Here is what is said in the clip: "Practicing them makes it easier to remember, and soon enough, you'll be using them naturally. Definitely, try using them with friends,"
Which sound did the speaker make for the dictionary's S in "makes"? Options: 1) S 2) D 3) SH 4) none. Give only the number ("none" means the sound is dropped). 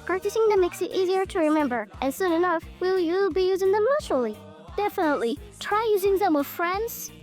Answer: 1